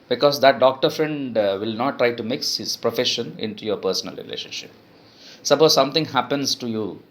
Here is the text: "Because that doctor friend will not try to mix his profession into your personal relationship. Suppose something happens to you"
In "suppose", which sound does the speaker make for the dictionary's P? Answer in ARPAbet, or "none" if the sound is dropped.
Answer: B